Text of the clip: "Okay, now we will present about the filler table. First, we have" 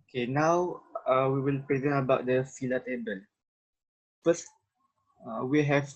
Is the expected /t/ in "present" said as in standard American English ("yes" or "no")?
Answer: no